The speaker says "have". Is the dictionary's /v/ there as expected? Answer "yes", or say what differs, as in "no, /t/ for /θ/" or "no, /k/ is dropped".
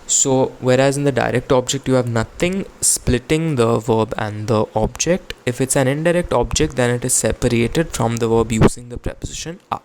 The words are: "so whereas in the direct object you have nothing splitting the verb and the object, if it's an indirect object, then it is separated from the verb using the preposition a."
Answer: yes